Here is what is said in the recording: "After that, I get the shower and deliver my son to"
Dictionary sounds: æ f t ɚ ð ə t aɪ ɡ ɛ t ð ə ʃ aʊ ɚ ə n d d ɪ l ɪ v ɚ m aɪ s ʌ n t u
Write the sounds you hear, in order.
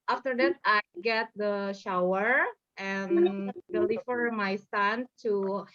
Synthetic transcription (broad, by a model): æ f t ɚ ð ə t aɪ ɡ ɛ t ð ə ʃ aʊ ɚ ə n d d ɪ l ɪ f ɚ m aɪ s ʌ n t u